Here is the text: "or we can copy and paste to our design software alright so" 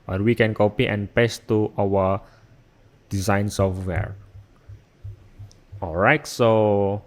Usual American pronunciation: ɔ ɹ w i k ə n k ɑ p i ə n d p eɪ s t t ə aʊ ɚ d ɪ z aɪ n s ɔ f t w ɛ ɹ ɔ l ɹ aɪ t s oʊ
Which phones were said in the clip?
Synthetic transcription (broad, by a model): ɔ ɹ w i k ə n k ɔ p i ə n p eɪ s t t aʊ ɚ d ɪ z aɪ n s ɔ f t w ɛ ɹ ɔ l ɹ aɪ t s oʊ